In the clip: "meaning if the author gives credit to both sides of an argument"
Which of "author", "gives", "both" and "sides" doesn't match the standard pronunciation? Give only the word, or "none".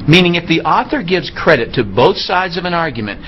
none